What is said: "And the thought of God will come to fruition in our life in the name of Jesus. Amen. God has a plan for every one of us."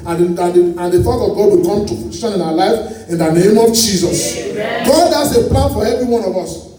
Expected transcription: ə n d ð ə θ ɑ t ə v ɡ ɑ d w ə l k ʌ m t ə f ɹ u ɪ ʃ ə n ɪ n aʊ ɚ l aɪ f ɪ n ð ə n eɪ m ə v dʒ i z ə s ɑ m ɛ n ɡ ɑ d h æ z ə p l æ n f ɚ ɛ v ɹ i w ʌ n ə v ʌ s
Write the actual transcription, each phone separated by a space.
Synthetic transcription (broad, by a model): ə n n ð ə f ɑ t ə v ɡ ɑ d w ə l k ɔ m t ə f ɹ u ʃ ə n ɪ n aʊ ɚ l aɪ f ɪ n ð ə n eɪ m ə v dʒ i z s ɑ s ɡ ɑ d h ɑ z ə p l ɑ n f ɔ ɛ v ɹ i w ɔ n ə v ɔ s